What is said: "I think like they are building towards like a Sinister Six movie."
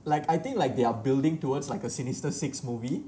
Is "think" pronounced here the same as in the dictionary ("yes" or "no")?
no